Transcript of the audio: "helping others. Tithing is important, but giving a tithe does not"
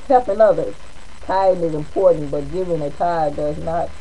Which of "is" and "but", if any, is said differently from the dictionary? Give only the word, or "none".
none